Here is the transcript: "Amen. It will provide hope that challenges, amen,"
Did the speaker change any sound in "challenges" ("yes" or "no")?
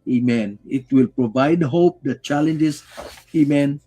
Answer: yes